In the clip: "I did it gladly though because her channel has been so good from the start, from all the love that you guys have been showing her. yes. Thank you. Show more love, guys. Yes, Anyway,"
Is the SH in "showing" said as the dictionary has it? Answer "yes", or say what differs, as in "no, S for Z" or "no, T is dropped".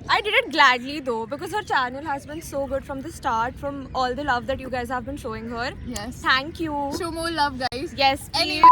yes